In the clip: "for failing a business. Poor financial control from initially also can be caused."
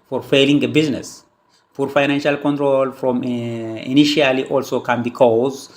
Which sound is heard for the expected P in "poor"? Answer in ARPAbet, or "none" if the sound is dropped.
F